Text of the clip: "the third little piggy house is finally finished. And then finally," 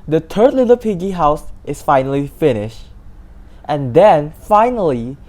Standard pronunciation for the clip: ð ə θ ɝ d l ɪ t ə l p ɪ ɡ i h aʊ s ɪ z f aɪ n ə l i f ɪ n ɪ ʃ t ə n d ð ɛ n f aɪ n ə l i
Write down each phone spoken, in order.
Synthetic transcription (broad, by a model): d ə t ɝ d l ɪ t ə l p ɪ ɡ i h aʊ s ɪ s f aɪ n ə l i f ɪ n ɪ ʃ t ə n d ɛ n f aɪ n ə l i